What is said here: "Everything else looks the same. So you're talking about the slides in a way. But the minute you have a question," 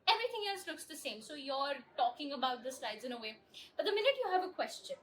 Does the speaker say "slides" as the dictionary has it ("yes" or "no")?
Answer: yes